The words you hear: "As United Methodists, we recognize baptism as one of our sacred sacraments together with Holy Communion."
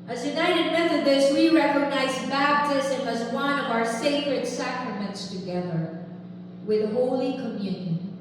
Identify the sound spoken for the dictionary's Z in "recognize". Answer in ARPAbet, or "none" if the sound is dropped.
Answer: Z